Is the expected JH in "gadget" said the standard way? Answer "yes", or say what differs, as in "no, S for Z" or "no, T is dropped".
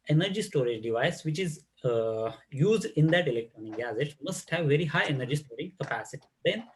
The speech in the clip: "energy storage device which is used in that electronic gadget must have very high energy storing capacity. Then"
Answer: no, Z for JH